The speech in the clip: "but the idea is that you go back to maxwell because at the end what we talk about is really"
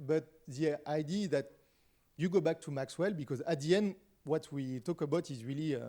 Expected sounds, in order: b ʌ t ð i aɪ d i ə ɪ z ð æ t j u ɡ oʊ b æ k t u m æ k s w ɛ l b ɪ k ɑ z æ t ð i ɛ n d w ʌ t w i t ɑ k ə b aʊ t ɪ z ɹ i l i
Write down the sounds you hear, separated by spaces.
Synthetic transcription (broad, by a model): b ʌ t ð i aɪ d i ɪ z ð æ t j u ɡ oʊ b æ k t u m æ k s w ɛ l b ɪ k ɑ z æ t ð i ɛ n d w ʌ t w i t ɑ k ə b aʊ t ɪ z ɹ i l i